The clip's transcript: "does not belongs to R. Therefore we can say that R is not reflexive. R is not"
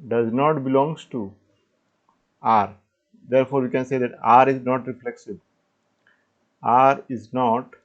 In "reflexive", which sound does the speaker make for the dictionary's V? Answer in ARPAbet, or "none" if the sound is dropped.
B